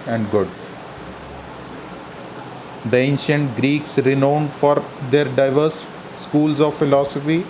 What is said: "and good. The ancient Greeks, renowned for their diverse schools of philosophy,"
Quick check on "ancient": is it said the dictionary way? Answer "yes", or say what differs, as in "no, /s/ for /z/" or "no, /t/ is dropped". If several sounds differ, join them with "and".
yes